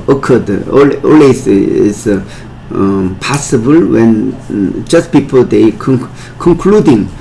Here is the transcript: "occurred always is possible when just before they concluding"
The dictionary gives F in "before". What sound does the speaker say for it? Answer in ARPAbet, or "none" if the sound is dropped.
P